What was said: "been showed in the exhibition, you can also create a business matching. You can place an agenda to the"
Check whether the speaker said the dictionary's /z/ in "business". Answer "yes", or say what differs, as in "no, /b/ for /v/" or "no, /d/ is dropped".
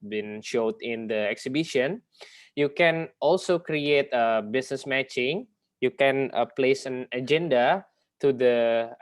no, /s/ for /z/